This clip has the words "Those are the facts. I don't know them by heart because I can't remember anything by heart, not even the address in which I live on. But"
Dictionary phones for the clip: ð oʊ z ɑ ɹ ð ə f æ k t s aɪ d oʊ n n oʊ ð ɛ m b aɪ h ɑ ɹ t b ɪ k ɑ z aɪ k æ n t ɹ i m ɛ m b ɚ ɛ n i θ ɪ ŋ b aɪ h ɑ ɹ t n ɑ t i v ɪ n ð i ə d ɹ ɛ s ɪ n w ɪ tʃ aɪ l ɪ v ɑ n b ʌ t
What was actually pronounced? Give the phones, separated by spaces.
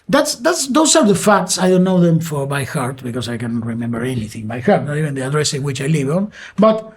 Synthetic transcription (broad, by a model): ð oʊ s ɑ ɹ ð ə f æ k t s aɪ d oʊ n n oʊ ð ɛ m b aɪ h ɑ ɹ t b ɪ k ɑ s aɪ k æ n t ɹ i m ɛ m b ɚ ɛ n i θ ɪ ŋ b aɪ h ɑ ɹ t n ɑ t i v ɪ n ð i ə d ɹ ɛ s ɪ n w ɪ tʃ aɪ l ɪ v ɑ n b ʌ t